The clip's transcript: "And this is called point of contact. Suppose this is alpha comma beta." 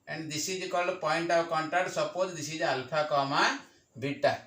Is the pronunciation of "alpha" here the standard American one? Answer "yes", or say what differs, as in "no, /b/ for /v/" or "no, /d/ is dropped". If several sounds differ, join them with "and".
no, /p/ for /f/